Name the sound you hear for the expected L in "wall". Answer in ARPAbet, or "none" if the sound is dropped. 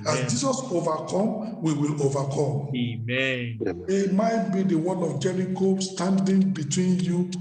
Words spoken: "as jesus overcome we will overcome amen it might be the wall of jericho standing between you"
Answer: N